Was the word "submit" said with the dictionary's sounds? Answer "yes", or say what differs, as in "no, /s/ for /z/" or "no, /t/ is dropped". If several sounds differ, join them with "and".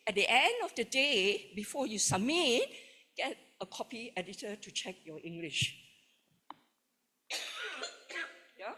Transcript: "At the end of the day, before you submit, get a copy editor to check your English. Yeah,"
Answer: no, /b/ is dropped